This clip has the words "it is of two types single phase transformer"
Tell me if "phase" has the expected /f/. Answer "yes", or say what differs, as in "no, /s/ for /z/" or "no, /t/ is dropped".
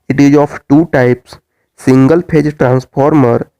no, /p/ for /f/